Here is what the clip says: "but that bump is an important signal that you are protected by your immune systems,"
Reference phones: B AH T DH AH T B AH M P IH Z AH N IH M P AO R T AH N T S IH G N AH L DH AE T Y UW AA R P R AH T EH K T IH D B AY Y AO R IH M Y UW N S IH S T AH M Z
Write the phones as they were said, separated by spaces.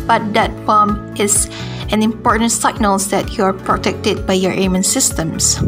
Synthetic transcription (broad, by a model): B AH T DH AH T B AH M IH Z AH N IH M P AO R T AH N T S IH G N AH L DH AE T Y UW AA R P R AH T EH K T IH D B AY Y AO R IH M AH N S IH S T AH M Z